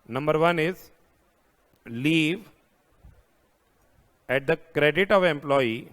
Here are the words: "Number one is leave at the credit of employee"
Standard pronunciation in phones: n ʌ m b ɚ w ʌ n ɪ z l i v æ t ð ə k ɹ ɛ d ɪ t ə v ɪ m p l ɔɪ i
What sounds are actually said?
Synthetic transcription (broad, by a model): n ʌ m b ɚ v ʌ n ɪ z l i v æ t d ə k ɹ ɛ d ɪ t ə v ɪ m p l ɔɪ i